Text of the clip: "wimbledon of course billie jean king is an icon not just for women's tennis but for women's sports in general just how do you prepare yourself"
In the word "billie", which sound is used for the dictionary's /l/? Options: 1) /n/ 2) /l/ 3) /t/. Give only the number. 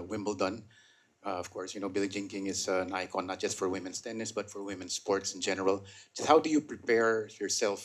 2